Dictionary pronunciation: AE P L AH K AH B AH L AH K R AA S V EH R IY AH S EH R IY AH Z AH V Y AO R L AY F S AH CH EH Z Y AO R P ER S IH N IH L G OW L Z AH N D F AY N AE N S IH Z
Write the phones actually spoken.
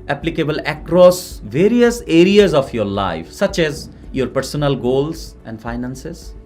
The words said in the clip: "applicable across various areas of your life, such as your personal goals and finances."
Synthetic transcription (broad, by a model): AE P L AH K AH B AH L AH K R AA S V EH R IY AH S EH R IY AH Z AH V Y AO R L AY F S AH CH EH Z Y AO R P ER S IH N IH L G OW L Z AH N D F AY N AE N S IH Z